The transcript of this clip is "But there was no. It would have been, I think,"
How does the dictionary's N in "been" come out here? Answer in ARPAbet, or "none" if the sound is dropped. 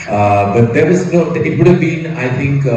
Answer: N